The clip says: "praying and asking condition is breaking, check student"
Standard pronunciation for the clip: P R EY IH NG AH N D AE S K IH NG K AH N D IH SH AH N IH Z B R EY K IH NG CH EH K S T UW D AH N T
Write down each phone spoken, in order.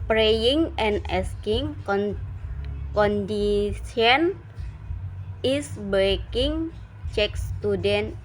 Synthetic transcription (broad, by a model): P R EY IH NG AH N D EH S K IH NG K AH N D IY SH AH N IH S B EY K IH NG CH EH K S T UW D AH N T